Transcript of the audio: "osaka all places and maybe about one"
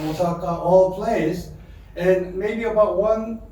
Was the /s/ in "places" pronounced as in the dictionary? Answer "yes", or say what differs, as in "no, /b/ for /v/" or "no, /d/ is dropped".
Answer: no, /s/ is dropped